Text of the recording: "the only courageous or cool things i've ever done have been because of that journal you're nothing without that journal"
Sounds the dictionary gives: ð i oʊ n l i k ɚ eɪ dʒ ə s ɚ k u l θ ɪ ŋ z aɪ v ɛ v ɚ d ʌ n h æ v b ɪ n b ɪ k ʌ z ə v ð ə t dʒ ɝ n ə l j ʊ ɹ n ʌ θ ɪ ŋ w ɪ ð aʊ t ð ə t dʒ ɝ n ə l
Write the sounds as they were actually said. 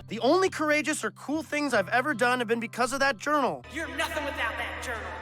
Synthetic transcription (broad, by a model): ð i oʊ n l i k ɚ eɪ dʒ ə s ɚ k u l θ ɪ ŋ z aɪ v ɛ v ɚ d ʌ n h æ v b ɪ n b ɪ k ʌ z ə v ð ə t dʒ ɝ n l j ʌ ɹ n ʌ θ ɪ ŋ w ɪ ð aʊ t ð ə t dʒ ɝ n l